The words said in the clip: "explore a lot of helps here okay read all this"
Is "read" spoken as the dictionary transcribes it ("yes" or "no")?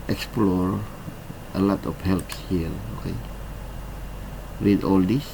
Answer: no